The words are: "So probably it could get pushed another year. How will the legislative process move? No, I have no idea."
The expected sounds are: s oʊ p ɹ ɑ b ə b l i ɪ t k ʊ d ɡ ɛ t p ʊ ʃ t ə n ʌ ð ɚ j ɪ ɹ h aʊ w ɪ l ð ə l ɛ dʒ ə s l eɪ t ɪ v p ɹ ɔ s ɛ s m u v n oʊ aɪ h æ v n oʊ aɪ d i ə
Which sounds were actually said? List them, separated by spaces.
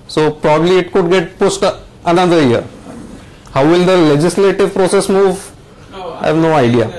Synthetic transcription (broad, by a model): s oʊ p ɹ ɑ b ə b l i ɪ t k ʊ d ɡ ɛ t p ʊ s t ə n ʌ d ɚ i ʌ ɹ h aʊ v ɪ l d ə l ɛ dʒ ə s l eɪ t ɪ v p ɹ ɔ s ɛ s m u v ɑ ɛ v n oʊ aɪ d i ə